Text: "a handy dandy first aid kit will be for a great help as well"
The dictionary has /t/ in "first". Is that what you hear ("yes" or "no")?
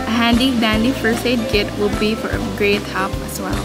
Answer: no